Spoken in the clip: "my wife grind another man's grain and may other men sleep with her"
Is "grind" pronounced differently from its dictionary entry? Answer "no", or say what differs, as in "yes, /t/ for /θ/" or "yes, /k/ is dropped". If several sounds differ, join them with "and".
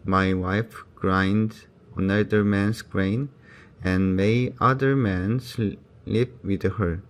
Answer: no